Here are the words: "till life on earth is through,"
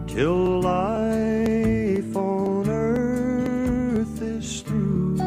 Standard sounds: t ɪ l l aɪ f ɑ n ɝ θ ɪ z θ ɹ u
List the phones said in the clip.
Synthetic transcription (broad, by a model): t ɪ l l aɪ f ɑ n ɝ θ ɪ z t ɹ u